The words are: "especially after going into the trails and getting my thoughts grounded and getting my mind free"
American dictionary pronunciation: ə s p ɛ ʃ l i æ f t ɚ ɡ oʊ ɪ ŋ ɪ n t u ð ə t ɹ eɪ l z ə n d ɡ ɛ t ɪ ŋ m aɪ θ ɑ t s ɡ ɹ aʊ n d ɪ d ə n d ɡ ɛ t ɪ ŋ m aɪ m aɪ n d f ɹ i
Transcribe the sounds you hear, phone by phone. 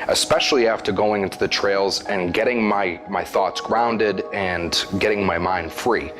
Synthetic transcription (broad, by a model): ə s p ɛ ʃ l i æ f t ɚ ɡ oʊ ɪ ŋ ɪ n t u ð ə t ɹ eɪ l z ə n ɡ ɛ t ɪ ŋ m aɪ θ ɑ t s ɡ ɹ aʊ n d ɪ d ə n ɡ ɛ t ɪ ŋ m aɪ m aɪ n d f ɹ i